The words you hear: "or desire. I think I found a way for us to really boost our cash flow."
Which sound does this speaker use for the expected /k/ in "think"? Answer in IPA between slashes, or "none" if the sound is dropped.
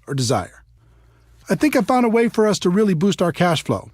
/k/